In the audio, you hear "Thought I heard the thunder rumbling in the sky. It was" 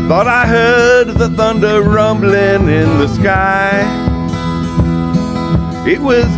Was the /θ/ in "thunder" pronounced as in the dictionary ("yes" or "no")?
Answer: yes